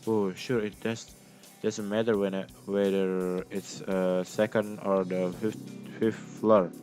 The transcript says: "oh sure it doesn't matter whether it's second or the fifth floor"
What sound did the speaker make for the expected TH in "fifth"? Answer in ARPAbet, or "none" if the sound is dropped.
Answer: F